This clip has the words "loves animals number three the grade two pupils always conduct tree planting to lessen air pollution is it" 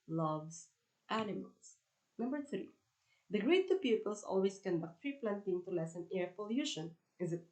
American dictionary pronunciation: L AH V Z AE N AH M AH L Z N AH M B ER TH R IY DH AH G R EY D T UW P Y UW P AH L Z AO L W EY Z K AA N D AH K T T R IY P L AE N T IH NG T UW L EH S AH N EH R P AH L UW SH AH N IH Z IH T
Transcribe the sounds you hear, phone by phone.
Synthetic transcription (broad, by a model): L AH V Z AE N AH M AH L S N AH M B ER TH R IY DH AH G R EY T UW P Y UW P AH L S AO L W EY S K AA N D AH K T T R IY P L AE N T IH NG T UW L EH S AH N EH R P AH L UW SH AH N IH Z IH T